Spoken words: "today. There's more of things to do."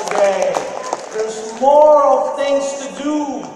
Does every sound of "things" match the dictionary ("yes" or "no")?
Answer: yes